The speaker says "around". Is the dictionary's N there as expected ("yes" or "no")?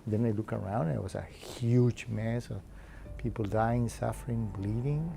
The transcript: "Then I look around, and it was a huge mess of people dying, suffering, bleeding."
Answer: no